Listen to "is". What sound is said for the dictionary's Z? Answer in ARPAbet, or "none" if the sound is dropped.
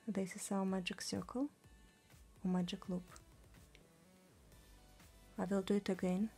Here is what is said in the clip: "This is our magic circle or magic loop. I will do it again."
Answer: S